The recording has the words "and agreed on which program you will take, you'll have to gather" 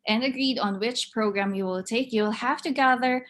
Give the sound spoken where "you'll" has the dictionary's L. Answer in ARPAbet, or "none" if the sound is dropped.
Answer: L